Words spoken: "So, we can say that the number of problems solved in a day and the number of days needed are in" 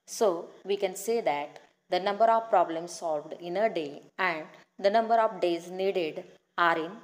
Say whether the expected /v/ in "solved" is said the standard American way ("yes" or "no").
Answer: yes